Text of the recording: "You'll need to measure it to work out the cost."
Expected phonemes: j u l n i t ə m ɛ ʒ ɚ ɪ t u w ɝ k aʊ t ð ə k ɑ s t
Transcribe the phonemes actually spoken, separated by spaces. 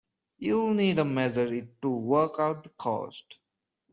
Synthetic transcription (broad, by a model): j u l n i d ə m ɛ z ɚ ɪ t u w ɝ k aʊ t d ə k ɑ s t